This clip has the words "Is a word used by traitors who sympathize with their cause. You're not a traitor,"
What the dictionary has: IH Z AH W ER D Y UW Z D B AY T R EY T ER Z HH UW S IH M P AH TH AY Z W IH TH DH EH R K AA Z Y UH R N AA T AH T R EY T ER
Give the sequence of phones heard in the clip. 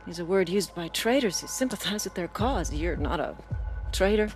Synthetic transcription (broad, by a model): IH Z AH W ER D Y UW Z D B AY T R EY T ER Z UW S IH M P AH TH AY Z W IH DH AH R K AA Z Y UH R N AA T AH T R EY T ER